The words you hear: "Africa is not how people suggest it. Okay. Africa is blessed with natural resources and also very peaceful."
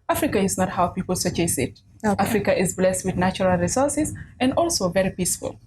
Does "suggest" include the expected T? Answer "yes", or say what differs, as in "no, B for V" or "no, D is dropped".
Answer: no, T is dropped